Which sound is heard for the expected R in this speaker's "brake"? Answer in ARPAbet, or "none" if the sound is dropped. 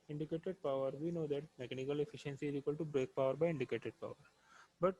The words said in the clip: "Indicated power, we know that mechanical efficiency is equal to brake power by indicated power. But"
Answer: R